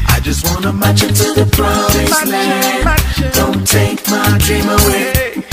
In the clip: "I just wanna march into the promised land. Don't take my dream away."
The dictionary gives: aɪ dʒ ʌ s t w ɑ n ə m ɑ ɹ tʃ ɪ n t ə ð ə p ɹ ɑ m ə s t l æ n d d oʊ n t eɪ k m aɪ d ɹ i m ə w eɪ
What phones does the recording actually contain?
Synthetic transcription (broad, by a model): aɪ dʒ ʌ s t w ɑ n ə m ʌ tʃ ɪ n t ə ð ə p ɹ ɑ ə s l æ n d d oʊ n t eɪ k m aɪ d ɹ i m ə w eɪ